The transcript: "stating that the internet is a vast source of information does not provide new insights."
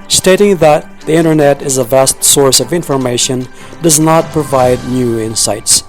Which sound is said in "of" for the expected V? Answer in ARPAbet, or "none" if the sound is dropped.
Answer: V